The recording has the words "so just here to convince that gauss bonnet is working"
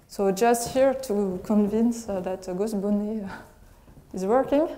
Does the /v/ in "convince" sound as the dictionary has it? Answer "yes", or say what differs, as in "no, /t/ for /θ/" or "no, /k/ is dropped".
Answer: yes